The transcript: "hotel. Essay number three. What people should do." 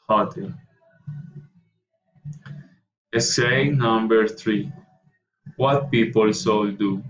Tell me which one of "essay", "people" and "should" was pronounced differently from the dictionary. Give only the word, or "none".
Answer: should